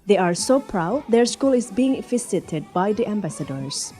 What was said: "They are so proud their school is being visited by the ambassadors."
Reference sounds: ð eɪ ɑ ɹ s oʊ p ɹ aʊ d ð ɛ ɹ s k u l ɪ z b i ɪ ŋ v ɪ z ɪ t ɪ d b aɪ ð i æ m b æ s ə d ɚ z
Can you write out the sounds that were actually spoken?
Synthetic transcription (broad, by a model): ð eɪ ɑ ɹ s oʊ p ɹ aʊ d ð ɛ ɹ s k u l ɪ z b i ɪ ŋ f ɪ s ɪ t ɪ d b aɪ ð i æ m b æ s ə d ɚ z